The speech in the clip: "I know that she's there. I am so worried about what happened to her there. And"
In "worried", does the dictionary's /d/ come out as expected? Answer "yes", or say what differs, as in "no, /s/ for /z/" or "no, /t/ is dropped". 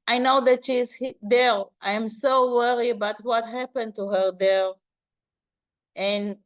no, /d/ is dropped